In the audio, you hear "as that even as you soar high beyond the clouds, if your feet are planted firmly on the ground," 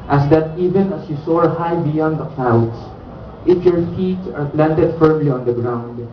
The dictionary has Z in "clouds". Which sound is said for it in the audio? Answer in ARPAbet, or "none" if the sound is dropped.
S